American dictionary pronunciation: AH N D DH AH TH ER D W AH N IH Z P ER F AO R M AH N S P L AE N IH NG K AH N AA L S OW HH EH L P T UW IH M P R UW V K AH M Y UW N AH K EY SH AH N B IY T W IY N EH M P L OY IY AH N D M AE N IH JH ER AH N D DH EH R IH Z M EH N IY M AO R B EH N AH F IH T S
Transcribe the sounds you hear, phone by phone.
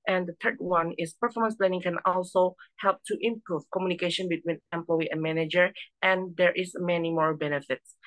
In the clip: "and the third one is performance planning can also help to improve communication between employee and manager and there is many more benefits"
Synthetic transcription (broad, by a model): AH N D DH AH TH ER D W AH N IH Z P ER F AO R M AH N S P L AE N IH NG K AH N AA L S OW HH EH L P T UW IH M P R UW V K AH M Y UW N AH K EY SH AH N B IY T W IY N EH M P L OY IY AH N M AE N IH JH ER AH N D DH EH R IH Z M EH N IY M AO R B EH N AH F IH T S